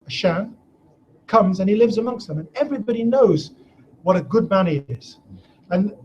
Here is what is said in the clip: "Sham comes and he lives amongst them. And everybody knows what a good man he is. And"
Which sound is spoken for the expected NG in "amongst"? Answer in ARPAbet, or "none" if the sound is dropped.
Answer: NG